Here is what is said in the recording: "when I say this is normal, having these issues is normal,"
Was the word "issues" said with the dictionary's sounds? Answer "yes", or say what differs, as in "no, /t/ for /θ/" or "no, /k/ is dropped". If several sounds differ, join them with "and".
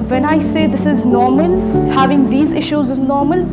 yes